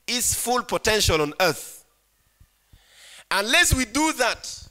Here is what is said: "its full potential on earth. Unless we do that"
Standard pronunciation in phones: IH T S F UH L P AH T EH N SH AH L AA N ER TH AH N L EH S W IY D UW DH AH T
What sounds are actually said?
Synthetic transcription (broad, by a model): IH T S F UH L P AH T EH N SH AH L AA N ER TH AH N L EH S W IY D UW DH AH T